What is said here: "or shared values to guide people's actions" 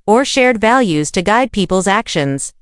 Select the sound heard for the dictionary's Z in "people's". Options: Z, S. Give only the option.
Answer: Z